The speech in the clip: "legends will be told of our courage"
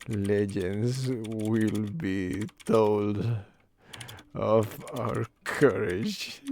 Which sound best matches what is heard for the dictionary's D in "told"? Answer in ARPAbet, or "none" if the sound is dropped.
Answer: D